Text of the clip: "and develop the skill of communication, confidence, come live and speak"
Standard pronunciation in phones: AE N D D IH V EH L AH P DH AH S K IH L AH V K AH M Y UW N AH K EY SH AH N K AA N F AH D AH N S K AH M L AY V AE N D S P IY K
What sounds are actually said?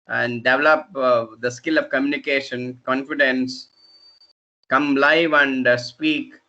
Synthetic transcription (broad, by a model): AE N D D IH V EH L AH P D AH S K IH L AH V K AH M Y UW N AH K EY SH AH N K AA N F AH D AH N S K AH M L AY V AE N D S P IY K